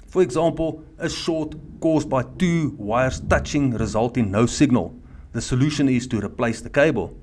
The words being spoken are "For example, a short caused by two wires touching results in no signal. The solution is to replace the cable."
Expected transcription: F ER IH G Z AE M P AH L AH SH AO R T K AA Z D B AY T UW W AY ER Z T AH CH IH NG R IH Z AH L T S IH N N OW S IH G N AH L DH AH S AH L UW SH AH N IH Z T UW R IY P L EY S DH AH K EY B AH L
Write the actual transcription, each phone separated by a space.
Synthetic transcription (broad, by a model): F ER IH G Z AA M P AH L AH SH AO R T K AA Z D B AY T UW W AY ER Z T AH CH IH NG R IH Z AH L T IH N N OW S IH G N AH L DH AH S AH L UW SH AH N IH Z T UW R IY P L EY S DH AH K EY B AH L